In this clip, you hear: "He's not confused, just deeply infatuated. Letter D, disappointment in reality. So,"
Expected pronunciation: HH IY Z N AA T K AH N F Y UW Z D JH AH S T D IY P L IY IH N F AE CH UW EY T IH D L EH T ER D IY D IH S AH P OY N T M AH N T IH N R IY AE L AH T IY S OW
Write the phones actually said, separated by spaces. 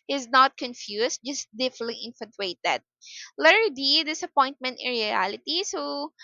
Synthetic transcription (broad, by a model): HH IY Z N AA T K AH N F Y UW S JH AH S T D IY F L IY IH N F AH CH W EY T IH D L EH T D IY D IH S AH P OY N T M AH N T IH N R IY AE L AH T IY S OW